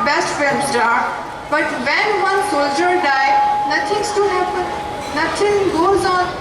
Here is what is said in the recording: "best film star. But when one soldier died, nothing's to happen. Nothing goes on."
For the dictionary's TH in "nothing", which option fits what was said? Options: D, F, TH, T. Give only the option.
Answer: T